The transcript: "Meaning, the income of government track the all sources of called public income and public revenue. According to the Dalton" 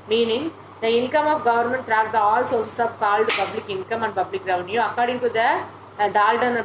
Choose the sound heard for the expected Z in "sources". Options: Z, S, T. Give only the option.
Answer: S